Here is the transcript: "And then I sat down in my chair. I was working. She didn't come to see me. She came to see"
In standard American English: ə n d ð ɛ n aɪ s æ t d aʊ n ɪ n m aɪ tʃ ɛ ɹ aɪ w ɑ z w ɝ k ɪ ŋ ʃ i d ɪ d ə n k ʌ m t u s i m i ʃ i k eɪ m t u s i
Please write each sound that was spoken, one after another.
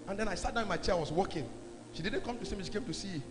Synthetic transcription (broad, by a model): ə n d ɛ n aɪ s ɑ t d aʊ ɪ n m aɪ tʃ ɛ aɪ w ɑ s w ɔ k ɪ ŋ ʃ i d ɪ d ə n k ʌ m t u s i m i ʃ i k eɪ m t u s i